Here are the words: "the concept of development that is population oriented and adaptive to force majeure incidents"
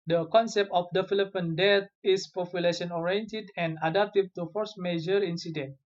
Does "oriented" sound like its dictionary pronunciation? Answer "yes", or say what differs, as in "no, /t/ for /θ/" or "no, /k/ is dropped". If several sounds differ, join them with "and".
yes